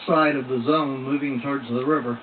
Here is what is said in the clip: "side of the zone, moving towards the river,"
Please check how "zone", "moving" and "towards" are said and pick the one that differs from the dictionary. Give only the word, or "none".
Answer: none